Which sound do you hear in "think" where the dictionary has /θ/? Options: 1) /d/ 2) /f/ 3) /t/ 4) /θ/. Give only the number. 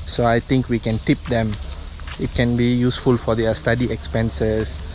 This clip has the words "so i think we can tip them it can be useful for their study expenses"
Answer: 3